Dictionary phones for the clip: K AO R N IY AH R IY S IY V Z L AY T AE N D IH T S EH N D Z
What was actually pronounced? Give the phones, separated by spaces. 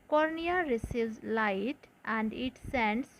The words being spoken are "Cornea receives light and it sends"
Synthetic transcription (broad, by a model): K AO R N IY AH R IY S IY Z L AY T AE N D IH T S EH N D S